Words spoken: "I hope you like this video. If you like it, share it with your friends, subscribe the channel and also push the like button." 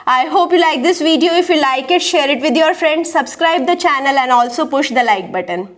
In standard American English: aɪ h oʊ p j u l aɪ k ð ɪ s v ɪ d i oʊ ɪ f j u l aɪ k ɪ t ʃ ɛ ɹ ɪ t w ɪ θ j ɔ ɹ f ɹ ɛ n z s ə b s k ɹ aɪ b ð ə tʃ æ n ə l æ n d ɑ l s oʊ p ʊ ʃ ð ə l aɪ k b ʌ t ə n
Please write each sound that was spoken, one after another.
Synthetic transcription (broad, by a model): aɪ h oʊ p j u l aɪ k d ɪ s v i d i oʊ ɪ f j u l aɪ k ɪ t ʃ ɛ ɹ ɪ t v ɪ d j ɔ ɹ f ɹ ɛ n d s ə b s k ɹ aɪ b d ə tʃ æ n ə l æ n d ɑ l s oʊ p ʊ ʃ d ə l aɪ k b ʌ t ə n